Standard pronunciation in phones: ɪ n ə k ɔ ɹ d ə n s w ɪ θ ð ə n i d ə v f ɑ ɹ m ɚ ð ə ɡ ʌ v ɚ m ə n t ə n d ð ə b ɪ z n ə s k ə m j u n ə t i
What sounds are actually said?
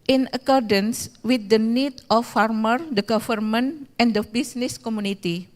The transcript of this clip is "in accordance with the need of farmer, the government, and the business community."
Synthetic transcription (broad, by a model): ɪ n ə k ɔ ɹ d ə n s w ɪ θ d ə n i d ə f ɑ ɹ m ɚ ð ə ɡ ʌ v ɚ m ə n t ə n d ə b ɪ s n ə s k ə m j u n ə t i